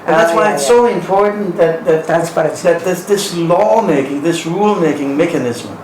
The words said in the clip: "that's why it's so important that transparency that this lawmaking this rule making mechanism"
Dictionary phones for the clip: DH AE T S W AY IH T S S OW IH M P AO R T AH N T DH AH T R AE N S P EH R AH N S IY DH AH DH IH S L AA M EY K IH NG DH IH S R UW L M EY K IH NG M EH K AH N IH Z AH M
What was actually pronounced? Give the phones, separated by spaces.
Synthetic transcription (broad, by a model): DH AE T S W AY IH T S S OW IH M P AO R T N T DH AH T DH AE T S B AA AH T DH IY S DH IH S L AA M EY K IH NG DH IH S R UW L M EY K IH NG M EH K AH N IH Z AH M